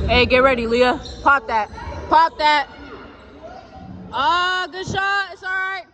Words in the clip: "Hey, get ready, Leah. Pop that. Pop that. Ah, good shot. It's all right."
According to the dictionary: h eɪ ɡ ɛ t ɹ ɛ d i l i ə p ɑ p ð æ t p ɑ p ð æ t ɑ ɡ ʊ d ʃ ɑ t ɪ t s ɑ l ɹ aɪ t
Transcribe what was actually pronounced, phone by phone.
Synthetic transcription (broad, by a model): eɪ ɡ ɛ t ɹ ɛ d i l i ə p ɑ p ð æ t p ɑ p ð æ t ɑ ɡ ʊ d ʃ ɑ ɪ t s ɑ l ɹ aɪ t